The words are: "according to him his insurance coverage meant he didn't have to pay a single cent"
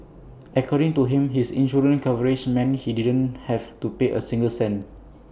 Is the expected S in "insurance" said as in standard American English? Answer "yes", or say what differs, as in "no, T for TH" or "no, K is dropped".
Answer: no, S is dropped